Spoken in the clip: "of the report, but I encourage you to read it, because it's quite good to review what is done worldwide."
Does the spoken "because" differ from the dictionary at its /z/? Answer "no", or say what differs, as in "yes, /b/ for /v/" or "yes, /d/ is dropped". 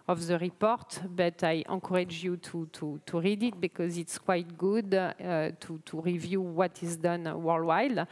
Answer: no